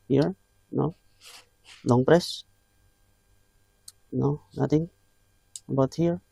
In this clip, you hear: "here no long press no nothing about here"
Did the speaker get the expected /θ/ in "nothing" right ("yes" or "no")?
no